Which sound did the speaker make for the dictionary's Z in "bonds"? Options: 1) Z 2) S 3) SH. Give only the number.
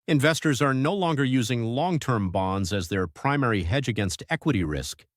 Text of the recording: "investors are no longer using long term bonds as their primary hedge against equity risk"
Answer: 1